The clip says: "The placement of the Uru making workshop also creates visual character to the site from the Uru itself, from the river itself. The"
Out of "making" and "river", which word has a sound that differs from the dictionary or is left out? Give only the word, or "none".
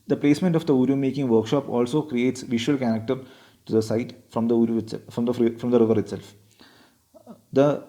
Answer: none